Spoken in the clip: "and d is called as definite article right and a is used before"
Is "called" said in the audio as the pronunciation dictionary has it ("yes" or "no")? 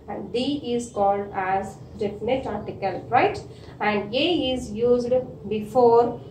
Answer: yes